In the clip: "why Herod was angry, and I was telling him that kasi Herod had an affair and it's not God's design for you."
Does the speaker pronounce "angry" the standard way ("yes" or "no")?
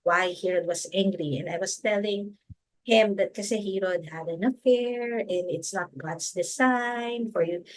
yes